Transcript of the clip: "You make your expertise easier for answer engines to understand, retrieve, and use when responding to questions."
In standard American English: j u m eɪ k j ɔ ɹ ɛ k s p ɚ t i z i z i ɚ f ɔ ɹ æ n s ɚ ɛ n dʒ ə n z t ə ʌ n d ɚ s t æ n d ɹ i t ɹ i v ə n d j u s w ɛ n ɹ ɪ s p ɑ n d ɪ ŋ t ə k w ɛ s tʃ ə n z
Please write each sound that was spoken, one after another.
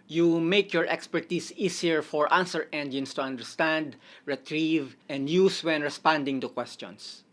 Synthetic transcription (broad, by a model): j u m eɪ k j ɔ ɹ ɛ k s p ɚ t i s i s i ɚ f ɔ ɹ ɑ n s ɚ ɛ n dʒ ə n s t ə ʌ n d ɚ s t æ n d ɹ i t ɹ i v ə n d j u s w ɛ n ɹ ɪ s p ɑ n d ɪ ŋ t ə k w ɛ s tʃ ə n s